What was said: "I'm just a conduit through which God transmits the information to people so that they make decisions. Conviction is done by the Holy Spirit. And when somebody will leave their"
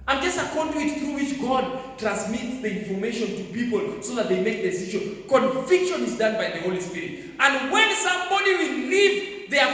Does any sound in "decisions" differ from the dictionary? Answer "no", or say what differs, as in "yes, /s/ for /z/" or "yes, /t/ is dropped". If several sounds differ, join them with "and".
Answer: yes, /z/ is dropped